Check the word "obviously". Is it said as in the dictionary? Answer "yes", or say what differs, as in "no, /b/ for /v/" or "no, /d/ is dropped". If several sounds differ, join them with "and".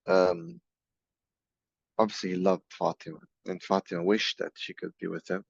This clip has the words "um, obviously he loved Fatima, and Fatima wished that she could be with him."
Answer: no, /l/ is dropped